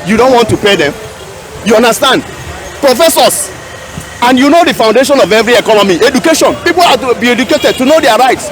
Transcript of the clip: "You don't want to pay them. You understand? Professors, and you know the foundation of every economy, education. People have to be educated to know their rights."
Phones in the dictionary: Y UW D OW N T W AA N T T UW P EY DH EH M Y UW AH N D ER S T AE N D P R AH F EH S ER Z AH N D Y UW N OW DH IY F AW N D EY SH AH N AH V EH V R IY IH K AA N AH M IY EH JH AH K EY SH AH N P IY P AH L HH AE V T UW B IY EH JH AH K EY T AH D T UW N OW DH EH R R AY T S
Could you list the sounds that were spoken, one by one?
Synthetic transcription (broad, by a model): Y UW D OW N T W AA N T T UW P EY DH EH M Y UW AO N D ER S T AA N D P R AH F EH S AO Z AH N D Y UW N OW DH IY F AW N D EY SH AH N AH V EH V R IY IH K AA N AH M IY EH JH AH K EY SH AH N P IY P AH L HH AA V T UW B IY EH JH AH K EY T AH D T UW N OW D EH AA R AY T S